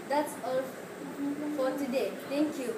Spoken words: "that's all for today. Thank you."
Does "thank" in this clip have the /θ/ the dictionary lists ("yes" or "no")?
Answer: no